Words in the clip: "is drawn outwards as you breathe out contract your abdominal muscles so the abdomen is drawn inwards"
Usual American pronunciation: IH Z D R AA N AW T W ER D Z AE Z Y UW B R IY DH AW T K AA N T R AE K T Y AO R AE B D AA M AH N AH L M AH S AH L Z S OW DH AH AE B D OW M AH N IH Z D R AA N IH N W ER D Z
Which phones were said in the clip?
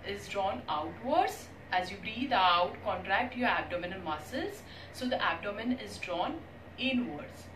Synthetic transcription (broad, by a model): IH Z D R AA N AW T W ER D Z AE Z Y UW B R IY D AW T K AA N T R AE K T Y AO R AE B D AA M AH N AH N M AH S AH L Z S OW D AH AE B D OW M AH N IH Z D R AA N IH N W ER D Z